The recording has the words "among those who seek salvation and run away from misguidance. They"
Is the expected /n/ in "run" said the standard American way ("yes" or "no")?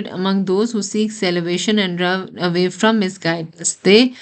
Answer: no